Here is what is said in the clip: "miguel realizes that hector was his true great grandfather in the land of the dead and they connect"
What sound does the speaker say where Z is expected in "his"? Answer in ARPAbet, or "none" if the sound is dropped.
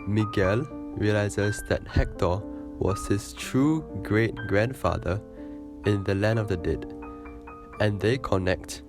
S